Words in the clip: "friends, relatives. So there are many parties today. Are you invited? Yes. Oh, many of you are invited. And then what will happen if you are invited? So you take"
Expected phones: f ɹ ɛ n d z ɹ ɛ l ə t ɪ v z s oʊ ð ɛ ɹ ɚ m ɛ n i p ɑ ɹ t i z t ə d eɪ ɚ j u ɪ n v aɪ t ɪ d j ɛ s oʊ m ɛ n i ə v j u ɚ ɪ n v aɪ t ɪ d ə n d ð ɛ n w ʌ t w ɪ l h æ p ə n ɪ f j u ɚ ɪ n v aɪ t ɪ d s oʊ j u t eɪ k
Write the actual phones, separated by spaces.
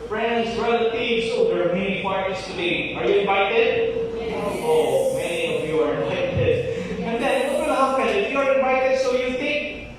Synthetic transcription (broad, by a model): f ɹ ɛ n d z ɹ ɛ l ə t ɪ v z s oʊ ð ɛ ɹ m ɛ n i f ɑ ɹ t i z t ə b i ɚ j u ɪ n v aɪ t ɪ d oʊ m ɛ n i ə v j u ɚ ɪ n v aɪ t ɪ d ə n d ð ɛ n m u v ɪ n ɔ f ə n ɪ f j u ɚ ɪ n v aɪ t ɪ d s oʊ j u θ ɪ k